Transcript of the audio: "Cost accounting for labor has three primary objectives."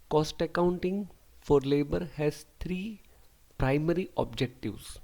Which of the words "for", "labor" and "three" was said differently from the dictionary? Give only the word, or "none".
three